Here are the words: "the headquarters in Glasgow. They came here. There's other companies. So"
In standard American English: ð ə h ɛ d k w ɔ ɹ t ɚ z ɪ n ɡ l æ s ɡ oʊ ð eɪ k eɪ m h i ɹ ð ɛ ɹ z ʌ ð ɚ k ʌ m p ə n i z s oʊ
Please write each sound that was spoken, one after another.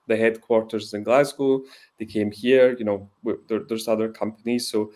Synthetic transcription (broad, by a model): ð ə h ɛ d k w ɔ ɹ t ɚ z ɪ n ɡ l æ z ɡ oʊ ð eɪ k eɪ m h i ɹ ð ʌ ɹ z ʌ ð ɚ k ʌ m p ə n i z s oʊ